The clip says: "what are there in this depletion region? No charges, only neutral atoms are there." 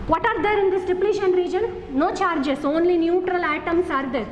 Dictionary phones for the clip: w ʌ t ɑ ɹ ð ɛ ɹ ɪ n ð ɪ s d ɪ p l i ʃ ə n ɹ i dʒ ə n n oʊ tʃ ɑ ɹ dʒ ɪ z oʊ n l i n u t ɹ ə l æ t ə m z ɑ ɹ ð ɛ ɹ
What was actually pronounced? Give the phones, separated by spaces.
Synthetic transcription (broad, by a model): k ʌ t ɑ ɹ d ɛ ɹ ɪ n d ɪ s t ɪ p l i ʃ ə n ɹ i dʒ ə n n oʊ tʃ ɑ ɹ dʒ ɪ s oʊ n l i n u t ɹ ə l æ t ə m s ɑ ɹ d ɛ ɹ